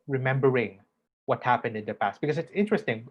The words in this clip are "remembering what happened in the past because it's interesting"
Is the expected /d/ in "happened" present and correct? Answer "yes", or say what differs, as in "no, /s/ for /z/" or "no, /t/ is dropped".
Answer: yes